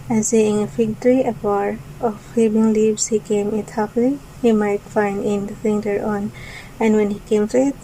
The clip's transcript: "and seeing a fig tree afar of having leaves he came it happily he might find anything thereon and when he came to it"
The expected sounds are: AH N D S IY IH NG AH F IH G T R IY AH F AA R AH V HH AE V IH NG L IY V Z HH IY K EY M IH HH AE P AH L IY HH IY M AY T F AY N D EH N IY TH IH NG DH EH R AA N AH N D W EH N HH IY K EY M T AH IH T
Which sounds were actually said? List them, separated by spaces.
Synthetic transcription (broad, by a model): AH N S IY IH NG AH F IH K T R IY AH P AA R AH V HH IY B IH NG L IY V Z HH IY K EY M IH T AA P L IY HH IY M AY T F AY N D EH N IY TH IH NG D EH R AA N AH N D W EH N HH IY K EY M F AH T